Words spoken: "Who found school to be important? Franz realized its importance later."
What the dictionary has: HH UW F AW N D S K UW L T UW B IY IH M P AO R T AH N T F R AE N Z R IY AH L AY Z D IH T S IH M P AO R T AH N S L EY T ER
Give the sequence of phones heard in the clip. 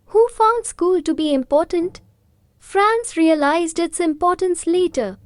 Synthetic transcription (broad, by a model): HH UW F AW N D S K UW L T UW B IY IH M P AO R T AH N T F R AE N S R IY AH L AY Z D IH T S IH M P AO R T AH N S L EY T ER